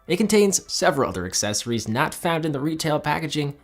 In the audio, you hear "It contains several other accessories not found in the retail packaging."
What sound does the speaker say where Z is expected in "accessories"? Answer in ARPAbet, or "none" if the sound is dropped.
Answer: Z